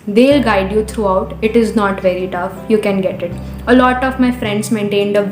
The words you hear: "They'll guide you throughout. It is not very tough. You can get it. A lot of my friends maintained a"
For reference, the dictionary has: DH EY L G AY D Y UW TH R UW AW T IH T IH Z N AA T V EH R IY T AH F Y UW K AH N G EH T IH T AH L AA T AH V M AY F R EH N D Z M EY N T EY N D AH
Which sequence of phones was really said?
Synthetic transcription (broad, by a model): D EY L G AY D Y UW T R UW AW T IH T IH Z N AA T V EH R IY T AH F Y UW K AH N G EH T IH T AH L AA T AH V M AY F R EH N D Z M EY N T EY N D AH